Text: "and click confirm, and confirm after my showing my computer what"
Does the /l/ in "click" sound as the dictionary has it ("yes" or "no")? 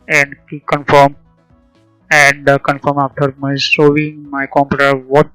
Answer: no